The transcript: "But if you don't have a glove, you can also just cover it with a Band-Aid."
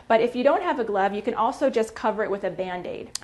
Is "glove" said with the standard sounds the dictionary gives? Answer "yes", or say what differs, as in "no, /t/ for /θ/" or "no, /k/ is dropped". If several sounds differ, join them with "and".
yes